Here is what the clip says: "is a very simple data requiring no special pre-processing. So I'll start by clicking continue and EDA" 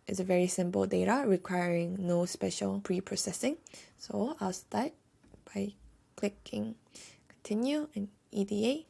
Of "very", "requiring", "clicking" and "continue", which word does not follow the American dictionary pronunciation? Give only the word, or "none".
none